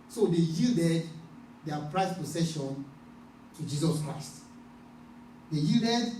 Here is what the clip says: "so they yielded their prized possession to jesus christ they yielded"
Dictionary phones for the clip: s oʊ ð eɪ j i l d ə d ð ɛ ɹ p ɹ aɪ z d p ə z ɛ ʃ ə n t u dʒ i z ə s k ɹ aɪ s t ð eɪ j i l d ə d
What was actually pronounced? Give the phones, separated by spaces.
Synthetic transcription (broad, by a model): s oʊ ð eɪ j i l d ə d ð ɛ p ɹ aɪ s p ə s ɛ ʃ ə n t u dʒ i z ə s k ɹ aɪ s t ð eɪ j i l d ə d